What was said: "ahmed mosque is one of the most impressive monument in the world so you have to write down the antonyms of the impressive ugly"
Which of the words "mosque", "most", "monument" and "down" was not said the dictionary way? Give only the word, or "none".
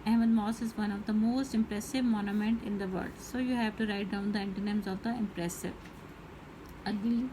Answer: mosque